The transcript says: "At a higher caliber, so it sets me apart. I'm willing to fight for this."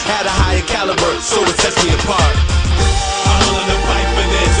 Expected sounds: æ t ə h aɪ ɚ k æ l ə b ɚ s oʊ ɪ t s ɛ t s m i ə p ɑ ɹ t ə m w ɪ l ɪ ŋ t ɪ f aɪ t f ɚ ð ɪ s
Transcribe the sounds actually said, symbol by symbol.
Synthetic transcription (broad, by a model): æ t ə h aɪ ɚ k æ l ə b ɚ s oʊ ɪ t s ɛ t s m i ə p ɑ ɹ t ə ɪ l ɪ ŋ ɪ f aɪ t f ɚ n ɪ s